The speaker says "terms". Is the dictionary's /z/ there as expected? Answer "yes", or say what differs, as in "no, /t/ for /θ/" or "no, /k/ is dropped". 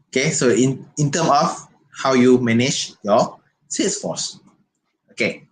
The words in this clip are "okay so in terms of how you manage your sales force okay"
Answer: no, /z/ is dropped